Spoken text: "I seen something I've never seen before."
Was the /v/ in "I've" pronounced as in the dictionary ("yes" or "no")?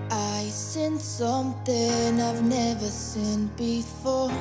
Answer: yes